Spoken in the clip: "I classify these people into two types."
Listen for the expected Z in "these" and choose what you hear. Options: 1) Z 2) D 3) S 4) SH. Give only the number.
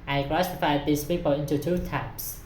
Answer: 3